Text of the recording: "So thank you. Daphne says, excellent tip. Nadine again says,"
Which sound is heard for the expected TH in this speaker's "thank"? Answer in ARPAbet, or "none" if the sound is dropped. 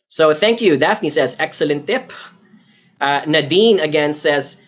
TH